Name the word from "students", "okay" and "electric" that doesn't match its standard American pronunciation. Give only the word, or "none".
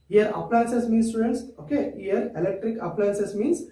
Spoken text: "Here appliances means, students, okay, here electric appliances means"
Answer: none